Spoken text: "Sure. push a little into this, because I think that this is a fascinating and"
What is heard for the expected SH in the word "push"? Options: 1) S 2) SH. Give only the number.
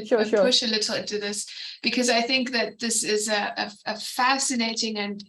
2